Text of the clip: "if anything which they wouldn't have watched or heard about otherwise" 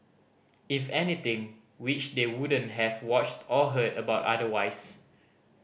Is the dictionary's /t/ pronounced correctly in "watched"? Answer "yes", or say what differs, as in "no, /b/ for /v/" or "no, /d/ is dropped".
yes